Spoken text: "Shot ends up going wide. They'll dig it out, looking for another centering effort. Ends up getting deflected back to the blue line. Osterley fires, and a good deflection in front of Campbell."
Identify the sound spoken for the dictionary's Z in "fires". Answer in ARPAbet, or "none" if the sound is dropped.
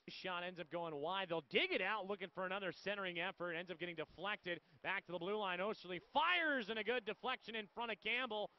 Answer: Z